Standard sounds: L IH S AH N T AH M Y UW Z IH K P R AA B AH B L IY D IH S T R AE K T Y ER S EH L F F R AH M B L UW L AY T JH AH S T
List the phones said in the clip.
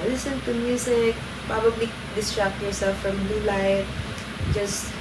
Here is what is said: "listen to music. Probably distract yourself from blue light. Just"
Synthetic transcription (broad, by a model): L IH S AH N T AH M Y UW S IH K P R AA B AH B L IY D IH S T R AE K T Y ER S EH L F F R AH M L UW L AY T JH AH S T